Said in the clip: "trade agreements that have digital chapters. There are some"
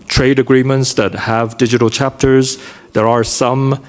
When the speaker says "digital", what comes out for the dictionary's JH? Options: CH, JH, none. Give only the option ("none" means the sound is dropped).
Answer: JH